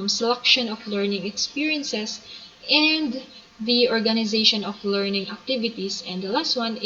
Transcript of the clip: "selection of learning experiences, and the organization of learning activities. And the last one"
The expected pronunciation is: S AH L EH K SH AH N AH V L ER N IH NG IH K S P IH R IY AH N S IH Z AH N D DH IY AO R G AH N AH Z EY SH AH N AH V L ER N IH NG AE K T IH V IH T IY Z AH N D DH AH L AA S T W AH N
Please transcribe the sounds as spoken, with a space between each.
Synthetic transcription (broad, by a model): S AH L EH K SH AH N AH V L ER N IH NG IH K S P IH R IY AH N S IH S AH N D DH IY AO R G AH N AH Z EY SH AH N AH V L ER N IH NG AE K T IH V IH T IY S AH N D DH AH L AA S T W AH N